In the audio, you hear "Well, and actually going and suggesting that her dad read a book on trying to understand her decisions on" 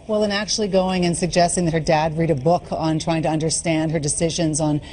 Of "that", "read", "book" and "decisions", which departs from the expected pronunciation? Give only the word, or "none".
none